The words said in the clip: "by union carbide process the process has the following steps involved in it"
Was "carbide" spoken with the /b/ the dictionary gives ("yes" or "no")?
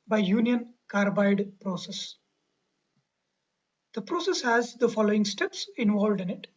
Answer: yes